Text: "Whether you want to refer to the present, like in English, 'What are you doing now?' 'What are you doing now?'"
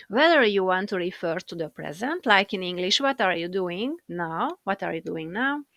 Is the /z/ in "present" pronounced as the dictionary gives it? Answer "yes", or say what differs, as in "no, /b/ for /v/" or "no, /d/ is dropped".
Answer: yes